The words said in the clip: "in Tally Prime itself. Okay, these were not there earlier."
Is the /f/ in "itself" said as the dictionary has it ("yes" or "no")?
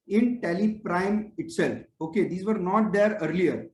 yes